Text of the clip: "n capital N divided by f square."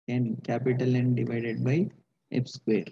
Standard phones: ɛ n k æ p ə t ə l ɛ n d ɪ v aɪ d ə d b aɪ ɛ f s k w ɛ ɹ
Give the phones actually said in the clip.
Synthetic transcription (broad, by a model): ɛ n k æ p ə t ə l ɛ n d ɪ v aɪ d ə d b aɪ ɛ p s k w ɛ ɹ